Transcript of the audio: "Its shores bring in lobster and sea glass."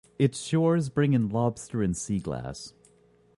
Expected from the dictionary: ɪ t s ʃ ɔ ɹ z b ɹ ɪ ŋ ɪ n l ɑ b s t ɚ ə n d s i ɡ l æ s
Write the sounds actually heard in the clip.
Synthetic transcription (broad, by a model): ɪ t s ʃ ɔ ɹ z b ɹ ɪ ŋ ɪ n l ɑ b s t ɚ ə n s i ɡ l æ s